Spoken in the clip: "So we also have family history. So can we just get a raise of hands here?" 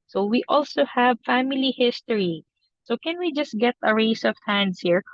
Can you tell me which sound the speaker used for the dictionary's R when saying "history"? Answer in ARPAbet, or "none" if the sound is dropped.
R